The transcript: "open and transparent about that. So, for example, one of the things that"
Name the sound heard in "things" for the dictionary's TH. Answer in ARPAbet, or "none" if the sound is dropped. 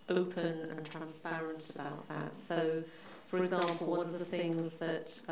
TH